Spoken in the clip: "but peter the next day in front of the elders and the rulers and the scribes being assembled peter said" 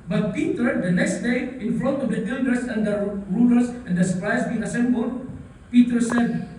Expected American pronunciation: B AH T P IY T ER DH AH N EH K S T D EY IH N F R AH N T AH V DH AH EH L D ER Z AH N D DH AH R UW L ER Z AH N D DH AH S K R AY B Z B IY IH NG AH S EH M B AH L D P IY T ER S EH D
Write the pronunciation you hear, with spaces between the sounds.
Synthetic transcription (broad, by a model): B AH T P IY T ER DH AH N EH K S T D EY IH N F L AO T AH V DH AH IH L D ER S AH N D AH R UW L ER S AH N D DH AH S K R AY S B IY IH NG AH S EH M B AH L D P IY T ER S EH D